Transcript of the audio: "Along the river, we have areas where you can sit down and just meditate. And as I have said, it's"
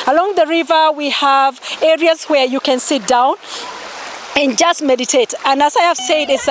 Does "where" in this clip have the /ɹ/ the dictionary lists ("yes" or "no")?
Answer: yes